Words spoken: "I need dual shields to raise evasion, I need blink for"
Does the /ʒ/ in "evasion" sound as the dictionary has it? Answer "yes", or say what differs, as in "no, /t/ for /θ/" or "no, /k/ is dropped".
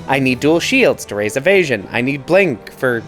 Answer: yes